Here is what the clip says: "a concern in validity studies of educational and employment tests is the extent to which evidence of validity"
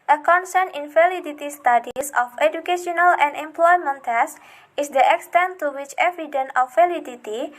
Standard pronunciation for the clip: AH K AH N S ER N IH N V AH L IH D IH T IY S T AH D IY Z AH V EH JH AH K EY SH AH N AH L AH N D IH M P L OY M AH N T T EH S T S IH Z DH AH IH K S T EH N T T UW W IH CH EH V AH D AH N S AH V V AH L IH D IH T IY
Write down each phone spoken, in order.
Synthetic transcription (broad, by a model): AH K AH N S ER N IH N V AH L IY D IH T IY S T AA D IY S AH F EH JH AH K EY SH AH N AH L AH N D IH M P L OY M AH N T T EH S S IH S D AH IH K S T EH N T T UW W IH CH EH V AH D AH N AH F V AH L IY D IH T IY